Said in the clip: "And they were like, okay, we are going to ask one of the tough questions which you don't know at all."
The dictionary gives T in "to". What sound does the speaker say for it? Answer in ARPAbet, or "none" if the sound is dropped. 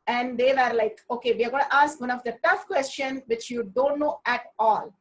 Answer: T